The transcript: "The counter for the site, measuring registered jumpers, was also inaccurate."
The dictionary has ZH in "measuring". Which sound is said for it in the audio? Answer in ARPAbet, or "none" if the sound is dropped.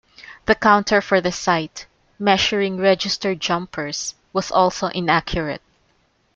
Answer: SH